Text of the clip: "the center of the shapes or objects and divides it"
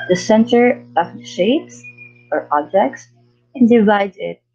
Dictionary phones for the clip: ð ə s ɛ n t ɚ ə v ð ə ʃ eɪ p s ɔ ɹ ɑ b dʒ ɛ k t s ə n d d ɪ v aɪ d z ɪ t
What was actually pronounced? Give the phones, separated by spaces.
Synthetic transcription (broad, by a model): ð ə s ɛ n t ɚ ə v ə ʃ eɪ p s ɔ ɹ ɑ b dʒ ɛ k t s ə n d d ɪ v aɪ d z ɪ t